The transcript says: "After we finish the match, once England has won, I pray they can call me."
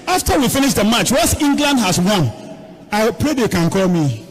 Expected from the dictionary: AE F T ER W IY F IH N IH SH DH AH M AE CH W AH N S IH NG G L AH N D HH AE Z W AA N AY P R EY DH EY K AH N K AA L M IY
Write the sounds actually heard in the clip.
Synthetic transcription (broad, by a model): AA F T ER W IY F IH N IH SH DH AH M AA CH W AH S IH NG G L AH N D HH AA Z W AA N AY P R EY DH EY K AH N K AA L M IY